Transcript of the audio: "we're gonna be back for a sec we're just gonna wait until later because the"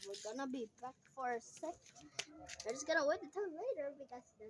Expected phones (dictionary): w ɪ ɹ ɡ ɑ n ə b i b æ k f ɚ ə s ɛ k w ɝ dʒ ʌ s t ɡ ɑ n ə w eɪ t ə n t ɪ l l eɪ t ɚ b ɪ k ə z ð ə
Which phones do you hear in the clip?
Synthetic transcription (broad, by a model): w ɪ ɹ ɡ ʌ n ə b i b æ k f ɚ ə s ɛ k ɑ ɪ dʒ ʌ s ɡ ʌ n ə w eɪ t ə t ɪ n l eɪ t ɚ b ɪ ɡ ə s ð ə